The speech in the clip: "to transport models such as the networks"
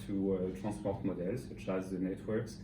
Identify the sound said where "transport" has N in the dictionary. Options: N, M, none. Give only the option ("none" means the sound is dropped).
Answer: none